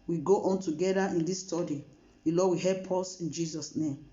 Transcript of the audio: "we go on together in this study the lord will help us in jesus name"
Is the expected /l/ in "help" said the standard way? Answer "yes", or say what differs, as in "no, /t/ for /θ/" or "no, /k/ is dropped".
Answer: no, /l/ is dropped